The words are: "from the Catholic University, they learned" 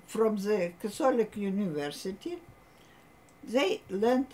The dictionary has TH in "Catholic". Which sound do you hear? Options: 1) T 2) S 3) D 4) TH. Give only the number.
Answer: 2